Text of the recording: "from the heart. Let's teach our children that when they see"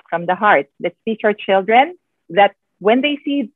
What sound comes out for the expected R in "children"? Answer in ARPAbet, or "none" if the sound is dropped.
R